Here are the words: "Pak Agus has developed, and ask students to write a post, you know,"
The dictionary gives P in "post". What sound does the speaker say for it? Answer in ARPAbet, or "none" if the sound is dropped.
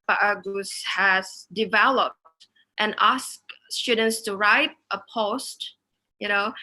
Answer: P